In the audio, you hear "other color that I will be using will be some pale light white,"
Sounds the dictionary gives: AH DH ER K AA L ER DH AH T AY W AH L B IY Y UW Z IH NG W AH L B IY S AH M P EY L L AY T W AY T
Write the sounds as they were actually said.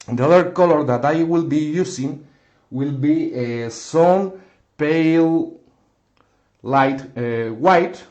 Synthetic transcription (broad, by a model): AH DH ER K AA L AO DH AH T AY W AH L B IY Y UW S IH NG W AH L B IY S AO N P EY L L AY T W AY T